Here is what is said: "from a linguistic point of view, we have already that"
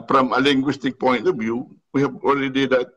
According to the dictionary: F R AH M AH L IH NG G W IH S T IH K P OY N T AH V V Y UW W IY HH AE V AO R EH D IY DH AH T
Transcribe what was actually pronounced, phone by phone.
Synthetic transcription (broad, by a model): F R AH M AH L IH NG G W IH S T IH K P OY N T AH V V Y UW W IY HH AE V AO L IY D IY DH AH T